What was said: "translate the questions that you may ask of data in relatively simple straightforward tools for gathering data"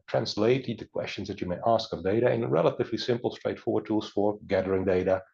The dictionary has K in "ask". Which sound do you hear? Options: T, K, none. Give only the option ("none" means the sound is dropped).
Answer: K